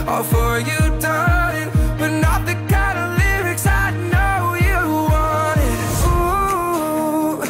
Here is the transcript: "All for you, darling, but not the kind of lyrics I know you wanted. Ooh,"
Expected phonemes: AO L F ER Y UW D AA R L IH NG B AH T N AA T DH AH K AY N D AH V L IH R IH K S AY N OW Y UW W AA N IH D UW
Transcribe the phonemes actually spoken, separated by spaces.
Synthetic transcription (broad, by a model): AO F ER Y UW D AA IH B AH T N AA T DH AH K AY D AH L IH R IH K S AY N OW Y UW W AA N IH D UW